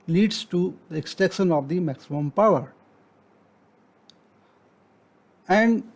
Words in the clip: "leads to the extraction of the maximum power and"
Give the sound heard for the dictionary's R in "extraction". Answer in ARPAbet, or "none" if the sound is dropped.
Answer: none